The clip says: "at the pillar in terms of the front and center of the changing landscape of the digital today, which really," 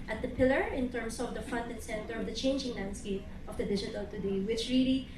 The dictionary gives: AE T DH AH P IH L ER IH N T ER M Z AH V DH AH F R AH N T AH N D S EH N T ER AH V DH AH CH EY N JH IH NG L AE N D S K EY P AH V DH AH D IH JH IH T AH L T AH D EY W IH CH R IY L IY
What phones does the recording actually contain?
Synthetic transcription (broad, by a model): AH T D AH P IH L ER IH N T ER M S AH V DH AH F AH N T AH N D S EH N T ER AH V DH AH CH EY N JH IH NG L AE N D S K EY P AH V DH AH D IH JH IH T AH L T AH D EY W IH CH R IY L IY